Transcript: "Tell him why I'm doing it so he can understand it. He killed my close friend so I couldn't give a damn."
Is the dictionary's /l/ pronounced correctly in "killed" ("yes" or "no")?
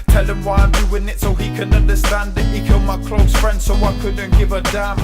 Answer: yes